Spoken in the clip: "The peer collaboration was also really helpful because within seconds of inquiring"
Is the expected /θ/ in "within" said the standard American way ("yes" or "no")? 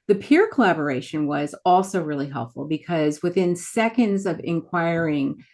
yes